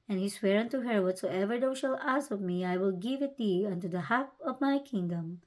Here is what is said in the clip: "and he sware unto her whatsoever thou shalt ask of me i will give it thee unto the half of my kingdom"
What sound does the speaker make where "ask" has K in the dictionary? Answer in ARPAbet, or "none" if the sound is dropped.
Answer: none